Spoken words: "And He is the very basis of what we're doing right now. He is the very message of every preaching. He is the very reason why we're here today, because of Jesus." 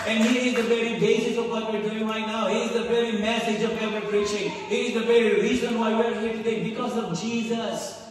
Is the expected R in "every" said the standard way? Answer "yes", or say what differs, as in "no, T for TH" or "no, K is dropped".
no, R is dropped